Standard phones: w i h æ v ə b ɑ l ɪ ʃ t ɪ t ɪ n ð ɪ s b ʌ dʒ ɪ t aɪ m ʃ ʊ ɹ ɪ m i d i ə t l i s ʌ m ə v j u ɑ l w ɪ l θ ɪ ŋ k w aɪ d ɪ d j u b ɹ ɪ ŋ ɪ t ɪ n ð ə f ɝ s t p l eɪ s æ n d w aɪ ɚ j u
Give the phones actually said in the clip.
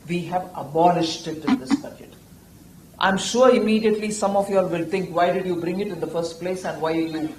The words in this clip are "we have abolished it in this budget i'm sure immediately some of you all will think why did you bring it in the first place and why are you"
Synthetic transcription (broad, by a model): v i h æ v ə b ɑ l ɪ ʃ t ɪ t ɪ n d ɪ s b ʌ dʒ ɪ t aɪ m ʃ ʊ ɹ ɪ m i d i ə t l i s ʌ m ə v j ɑ l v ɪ l t ɪ ŋ k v aɪ d ɪ d j u b ɹ ɪ ŋ ɪ t ɪ n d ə f ɝ s t p l eɪ s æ n d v aɪ j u